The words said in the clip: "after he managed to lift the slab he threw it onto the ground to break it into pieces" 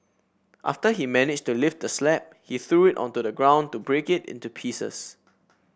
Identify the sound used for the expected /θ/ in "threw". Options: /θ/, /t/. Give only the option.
/θ/